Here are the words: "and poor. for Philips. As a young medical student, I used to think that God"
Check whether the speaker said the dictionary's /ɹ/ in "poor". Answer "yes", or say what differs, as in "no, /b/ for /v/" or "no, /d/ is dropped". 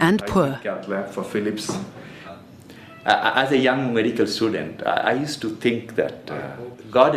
no, /l/ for /ɹ/